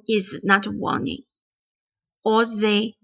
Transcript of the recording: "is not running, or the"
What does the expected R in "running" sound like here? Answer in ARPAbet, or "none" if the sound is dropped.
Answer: W